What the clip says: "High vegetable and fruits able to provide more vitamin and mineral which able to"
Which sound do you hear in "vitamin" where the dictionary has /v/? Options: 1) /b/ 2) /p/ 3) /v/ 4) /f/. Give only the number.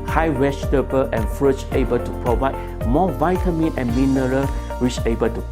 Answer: 3